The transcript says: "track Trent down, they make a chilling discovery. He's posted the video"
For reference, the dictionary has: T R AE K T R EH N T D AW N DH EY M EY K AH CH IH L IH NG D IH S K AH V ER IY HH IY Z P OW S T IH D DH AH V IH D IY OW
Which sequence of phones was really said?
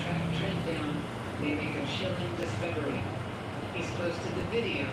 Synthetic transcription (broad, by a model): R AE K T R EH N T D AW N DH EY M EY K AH SH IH L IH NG D IH S K AH V ER IY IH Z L OW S T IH DH AH V IH D IY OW